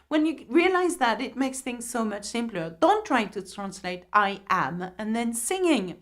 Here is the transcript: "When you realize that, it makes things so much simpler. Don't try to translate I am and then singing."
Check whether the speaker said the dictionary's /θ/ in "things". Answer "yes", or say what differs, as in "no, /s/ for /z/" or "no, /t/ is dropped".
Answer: yes